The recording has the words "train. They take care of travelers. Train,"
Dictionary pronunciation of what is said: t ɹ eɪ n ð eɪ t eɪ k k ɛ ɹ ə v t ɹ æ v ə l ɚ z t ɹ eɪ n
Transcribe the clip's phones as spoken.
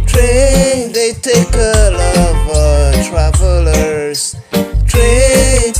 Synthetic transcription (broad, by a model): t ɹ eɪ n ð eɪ t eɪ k k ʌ l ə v t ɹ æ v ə l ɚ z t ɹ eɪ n